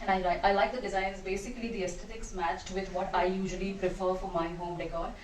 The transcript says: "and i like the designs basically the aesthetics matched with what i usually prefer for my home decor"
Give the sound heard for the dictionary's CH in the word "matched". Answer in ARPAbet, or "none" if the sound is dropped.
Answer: CH